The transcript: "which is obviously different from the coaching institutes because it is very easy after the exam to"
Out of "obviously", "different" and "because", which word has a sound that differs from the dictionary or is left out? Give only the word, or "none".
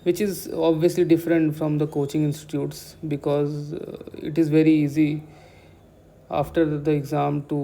none